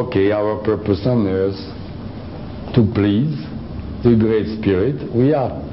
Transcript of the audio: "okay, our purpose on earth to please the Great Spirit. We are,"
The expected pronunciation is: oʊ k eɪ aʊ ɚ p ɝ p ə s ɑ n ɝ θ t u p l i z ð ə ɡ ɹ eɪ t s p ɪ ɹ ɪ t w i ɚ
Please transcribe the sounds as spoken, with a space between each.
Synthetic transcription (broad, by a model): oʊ k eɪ aʊ ɚ p ɝ p ə s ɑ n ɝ s t u p l i z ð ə ɡ ɹ eɪ t s p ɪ ɹ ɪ t w i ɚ